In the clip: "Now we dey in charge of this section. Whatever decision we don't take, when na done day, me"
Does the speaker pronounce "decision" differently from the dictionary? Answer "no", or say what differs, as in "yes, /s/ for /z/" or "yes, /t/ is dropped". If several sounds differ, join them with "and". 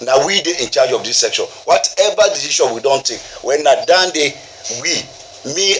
yes, /ʃ/ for /ʒ/